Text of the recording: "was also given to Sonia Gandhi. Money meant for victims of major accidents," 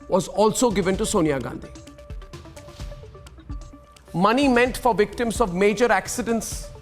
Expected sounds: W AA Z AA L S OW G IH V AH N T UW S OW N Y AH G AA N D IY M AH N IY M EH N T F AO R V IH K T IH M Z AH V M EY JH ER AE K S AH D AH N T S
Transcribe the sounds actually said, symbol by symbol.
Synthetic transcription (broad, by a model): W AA Z AA L S OW G IH V AH N T UW S OW N Y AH G AA N D IY M AH N IY M EH N T F AO R V IH K T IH M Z AH V M EY JH ER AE K S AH D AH N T S